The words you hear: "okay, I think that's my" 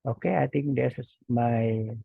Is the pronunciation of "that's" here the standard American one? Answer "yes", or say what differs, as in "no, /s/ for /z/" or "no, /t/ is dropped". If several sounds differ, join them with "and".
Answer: no, /s/ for /t/